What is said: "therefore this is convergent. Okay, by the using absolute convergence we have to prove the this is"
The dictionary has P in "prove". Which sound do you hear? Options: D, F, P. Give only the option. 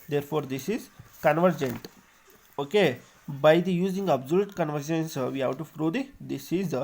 F